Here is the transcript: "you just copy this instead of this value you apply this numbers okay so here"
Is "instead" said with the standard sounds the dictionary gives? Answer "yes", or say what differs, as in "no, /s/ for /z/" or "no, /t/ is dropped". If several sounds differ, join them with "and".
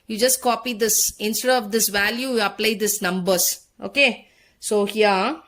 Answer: no, /d/ is dropped